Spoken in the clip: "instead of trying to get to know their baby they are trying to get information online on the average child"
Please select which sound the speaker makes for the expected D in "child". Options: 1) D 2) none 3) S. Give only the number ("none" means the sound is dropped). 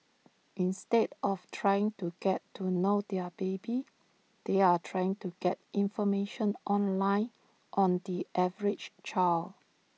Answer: 2